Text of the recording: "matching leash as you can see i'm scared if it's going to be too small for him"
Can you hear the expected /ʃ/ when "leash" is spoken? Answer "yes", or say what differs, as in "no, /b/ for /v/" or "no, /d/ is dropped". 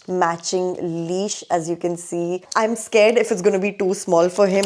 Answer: yes